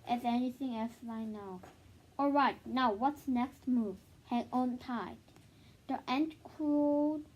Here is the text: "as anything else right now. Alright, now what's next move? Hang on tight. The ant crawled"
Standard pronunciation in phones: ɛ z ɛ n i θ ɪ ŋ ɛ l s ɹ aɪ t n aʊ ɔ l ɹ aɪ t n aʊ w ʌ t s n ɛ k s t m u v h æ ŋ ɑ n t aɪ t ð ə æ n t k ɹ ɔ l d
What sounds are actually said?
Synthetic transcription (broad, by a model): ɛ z ɛ n i θ ɪ ŋ ɛ l s l aɪ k n aʊ ɔ l ɹ aɪ t n aʊ w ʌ t s n ɛ k s t m u v h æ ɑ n t aɪ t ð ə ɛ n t k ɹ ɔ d